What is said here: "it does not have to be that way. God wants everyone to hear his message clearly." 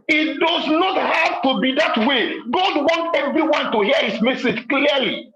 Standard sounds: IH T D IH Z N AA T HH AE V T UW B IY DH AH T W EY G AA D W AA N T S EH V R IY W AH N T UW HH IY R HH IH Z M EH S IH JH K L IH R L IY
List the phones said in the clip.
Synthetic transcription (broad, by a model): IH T D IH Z N AA T HH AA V T UW B IY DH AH T W EY G AA D W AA N T EH V R IY W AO N T UW HH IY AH HH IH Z M EH S IH JH K L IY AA L IY